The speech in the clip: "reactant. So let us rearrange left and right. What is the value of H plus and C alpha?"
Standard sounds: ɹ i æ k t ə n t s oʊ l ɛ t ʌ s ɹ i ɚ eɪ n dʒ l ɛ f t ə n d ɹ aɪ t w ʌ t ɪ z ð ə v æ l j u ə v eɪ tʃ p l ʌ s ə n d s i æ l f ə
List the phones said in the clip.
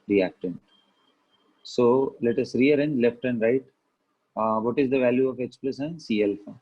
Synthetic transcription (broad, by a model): ɹ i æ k t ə n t s oʊ l ɛ t ʌ s ɹ i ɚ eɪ n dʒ l ɛ f t ə n d ɹ aɪ t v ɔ t ɪ z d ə v æ l j u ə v eɪ s p l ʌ s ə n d s i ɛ l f